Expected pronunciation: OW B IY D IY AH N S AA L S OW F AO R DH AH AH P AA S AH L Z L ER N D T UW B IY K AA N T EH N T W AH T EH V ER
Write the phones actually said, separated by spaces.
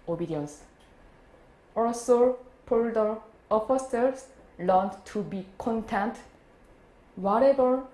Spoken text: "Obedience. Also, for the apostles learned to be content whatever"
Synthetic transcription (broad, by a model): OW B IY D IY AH N S AA L S OW P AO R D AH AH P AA S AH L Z L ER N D T UW B IY K AA N T EH N T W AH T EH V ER